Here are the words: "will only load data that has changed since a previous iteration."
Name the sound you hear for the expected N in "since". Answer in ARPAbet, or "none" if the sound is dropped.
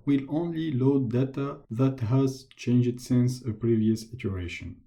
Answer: N